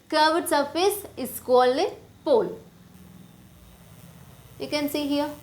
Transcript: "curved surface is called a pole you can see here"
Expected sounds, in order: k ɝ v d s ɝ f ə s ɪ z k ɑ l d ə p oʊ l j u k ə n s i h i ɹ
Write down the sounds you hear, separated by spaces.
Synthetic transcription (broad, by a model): k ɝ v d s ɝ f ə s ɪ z k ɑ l ə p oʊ l j u k ə n s i h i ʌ